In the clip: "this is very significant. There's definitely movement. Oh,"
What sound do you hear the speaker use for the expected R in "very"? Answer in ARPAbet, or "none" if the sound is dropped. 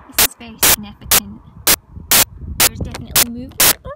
none